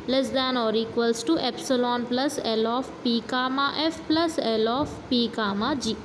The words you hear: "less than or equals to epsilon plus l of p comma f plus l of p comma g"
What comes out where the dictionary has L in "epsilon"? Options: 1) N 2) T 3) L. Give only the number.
3